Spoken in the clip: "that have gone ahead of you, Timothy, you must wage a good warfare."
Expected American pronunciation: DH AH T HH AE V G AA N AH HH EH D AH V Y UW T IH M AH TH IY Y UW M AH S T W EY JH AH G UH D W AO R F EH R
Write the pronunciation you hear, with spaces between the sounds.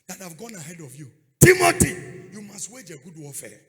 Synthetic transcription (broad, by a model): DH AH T HH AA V G AA N AH HH EH D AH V Y UW T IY M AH T IY Y UW M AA S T W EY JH AH G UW D W AO F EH